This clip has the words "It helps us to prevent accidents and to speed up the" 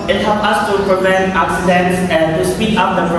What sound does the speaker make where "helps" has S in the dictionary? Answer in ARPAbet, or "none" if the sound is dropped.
none